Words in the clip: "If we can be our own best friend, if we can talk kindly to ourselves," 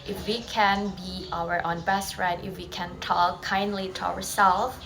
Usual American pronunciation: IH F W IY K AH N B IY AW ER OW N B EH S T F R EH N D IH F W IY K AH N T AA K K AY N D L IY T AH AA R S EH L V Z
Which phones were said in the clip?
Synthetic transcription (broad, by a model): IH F W IY K AH N B IY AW ER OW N B EH S T R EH D IH F W IY K AH N T AA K K AY N D L IY T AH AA R S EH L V